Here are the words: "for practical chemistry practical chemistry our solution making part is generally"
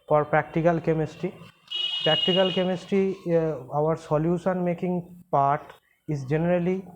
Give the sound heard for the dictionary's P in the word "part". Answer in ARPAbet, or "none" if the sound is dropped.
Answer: P